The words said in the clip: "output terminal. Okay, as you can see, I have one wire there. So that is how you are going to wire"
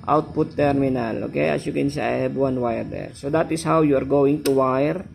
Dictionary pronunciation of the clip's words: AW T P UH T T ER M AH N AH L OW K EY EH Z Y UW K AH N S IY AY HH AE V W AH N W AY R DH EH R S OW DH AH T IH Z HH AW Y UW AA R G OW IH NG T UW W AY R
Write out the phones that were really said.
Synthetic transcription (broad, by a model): AW T P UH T T ER M AH N AH L OW K EY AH S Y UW K AH N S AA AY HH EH B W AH N W AY R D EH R S OW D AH T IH S HH AW Y UW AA R G OW IH NG T UW W AY R